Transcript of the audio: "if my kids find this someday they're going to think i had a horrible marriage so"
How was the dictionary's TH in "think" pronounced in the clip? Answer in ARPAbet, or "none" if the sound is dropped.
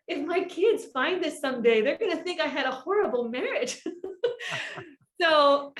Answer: TH